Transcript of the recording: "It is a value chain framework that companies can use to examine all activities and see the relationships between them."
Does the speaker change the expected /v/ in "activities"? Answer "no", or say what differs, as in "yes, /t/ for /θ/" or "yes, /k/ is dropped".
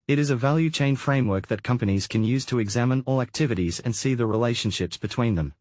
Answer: no